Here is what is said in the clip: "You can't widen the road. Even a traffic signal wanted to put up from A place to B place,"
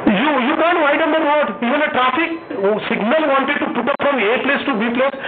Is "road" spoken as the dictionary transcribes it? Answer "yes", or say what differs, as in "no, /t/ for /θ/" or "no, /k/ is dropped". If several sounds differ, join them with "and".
no, /w/ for /ɹ/